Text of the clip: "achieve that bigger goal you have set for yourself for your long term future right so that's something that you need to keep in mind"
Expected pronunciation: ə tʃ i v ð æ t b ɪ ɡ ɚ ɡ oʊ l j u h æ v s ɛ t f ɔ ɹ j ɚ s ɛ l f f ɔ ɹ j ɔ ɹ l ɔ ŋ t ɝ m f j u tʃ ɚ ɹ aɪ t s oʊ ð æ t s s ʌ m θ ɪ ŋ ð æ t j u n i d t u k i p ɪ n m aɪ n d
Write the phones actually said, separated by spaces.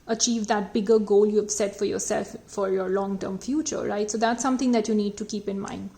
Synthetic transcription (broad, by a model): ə tʃ i v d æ t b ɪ ɡ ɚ ɡ oʊ l j u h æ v s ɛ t f ɔ ɹ j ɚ s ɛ l f f ɔ ɹ j ɔ ɹ l ɔ ŋ t ɝ m f j u tʃ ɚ ɹ aɪ t s oʊ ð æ t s s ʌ m t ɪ ŋ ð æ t j u n i d t u k i p ɪ n m aɪ n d